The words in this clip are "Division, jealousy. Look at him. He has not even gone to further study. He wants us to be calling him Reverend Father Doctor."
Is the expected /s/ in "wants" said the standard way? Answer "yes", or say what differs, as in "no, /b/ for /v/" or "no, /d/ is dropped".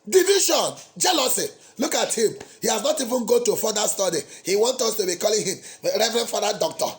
no, /s/ is dropped